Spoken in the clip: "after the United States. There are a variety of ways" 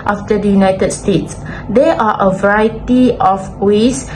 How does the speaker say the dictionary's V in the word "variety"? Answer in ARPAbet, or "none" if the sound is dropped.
V